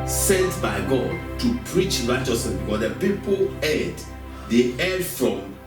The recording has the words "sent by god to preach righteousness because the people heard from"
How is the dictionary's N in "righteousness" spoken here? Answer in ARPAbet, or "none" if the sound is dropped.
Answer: none